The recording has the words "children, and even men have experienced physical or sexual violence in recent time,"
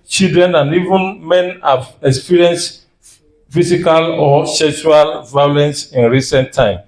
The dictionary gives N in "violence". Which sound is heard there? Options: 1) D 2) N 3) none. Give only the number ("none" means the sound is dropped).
2